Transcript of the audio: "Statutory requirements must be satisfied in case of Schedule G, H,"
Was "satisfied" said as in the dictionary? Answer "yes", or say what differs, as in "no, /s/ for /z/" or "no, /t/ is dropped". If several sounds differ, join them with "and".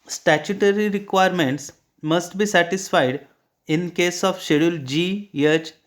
yes